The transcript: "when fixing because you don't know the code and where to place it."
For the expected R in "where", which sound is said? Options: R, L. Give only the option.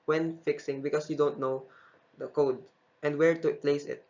R